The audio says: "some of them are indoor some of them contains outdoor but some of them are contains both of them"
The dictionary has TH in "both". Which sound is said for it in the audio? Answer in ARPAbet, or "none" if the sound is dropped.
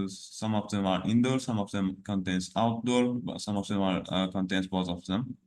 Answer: T